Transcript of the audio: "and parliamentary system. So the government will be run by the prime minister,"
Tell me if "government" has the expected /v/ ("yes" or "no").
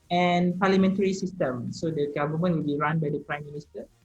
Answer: no